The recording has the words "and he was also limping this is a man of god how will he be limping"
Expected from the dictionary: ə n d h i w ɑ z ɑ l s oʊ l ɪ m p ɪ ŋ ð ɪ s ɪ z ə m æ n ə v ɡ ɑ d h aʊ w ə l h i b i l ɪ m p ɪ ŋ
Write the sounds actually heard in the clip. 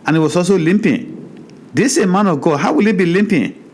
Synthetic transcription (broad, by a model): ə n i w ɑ s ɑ s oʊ l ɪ m p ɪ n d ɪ s ə m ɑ n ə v ɡ ɑ d h aʊ w ə l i b i l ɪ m p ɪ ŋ